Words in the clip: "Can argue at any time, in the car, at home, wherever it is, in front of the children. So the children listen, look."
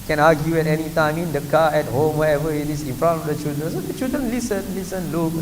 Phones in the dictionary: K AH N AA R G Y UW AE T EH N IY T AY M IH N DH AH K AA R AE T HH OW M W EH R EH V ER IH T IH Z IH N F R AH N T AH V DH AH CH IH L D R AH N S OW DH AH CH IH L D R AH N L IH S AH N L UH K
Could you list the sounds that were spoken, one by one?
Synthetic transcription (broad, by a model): K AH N AA G Y UW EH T EH N IY T AY M IH N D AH K AA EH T HH OW M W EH EH V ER IH T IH S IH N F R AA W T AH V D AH CH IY L D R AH N S OW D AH CH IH L D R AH N L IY S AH N L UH K